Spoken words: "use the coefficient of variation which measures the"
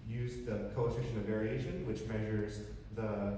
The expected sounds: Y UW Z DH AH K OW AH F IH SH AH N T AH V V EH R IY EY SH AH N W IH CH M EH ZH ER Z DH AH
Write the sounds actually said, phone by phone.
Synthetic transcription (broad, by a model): Y UW Z DH AH K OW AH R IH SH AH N AH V V EH R IY EY SH AH N W IH CH M EH ZH ER Z DH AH